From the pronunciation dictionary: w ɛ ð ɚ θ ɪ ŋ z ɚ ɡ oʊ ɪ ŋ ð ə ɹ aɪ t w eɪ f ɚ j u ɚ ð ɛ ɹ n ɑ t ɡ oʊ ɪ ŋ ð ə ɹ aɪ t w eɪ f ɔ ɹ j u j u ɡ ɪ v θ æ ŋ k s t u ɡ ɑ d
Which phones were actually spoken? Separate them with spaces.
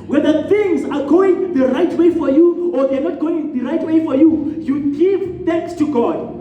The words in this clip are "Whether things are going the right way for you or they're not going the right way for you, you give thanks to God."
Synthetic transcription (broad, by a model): w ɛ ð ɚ θ ɪ ŋ z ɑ ɡ oʊ ɪ ŋ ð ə ɹ aɪ t w eɪ f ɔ j u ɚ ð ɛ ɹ n ɑ t ɡ oʊ ɪ ŋ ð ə ɹ aɪ t w eɪ f ɔ ɹ j u j u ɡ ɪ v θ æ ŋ k s t u ɡ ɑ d